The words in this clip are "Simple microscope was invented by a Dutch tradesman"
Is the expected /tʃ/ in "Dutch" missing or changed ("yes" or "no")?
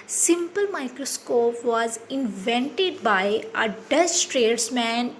yes